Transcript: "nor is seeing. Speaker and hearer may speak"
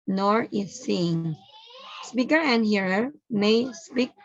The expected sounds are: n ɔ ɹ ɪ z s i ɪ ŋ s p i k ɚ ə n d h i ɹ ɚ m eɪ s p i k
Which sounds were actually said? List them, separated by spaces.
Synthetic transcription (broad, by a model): n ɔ ɹ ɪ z s i ɪ ŋ s p i k ɚ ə n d h i ɹ ɚ m eɪ s p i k